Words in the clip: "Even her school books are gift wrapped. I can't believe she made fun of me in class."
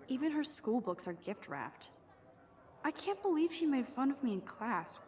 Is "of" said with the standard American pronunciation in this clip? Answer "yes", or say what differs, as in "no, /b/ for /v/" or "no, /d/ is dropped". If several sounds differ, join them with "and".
yes